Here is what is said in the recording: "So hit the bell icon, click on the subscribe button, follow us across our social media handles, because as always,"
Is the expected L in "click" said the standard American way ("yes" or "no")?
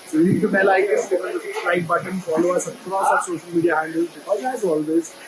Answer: no